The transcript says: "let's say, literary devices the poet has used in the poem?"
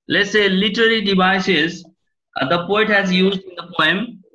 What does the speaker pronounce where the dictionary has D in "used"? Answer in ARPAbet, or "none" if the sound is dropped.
D